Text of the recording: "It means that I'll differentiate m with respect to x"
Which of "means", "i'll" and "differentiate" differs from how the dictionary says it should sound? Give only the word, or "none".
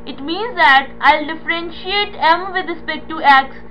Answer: none